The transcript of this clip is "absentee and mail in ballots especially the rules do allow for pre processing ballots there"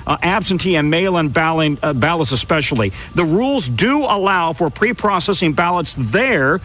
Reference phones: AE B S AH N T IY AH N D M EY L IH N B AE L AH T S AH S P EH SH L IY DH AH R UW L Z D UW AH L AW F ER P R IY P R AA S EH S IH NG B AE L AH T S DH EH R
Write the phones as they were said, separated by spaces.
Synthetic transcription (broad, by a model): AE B S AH N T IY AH N M EY L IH N B AE L AH T S AH S P EH SH L IY DH AH R UW L Z D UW AH L AW F ER P R IY P R AA S EH S IH NG B AE L AH T S DH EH R